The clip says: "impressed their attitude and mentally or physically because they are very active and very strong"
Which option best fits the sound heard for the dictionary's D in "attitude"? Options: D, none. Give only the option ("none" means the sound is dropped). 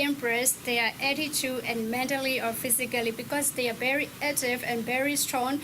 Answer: none